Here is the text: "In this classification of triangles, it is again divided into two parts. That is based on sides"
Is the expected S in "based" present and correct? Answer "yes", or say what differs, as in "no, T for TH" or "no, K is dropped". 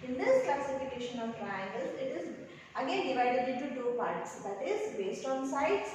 yes